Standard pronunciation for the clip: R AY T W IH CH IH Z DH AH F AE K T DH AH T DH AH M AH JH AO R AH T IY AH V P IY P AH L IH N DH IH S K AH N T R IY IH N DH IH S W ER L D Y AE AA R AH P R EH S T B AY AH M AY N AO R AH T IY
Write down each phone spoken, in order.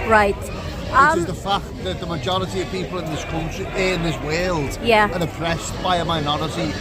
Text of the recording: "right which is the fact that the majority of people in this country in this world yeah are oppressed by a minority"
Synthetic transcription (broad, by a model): R AY T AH IH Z DH AH F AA K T DH AH T DH AH M AH JH AO R AH T IY AH V P IY P AH L IH N DH IH S K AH N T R IY IH N DH IH S W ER L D Y AE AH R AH P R EH S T B AY AH M AY N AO R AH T IY